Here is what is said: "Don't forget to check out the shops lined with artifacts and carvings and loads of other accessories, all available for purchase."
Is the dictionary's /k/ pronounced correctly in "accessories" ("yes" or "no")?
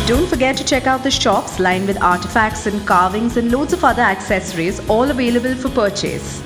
yes